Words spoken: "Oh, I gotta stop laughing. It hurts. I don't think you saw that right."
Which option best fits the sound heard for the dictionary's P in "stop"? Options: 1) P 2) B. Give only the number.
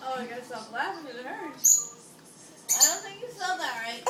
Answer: 2